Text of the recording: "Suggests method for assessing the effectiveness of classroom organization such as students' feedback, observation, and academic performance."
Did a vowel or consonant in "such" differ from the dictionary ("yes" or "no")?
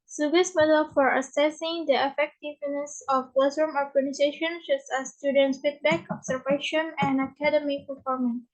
yes